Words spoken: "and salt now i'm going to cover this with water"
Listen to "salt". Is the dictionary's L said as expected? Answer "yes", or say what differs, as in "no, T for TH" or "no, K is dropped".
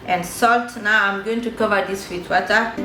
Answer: yes